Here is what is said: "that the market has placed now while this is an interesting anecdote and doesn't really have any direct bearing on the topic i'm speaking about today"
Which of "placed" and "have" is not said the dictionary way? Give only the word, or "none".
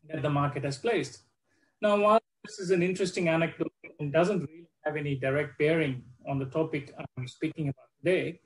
none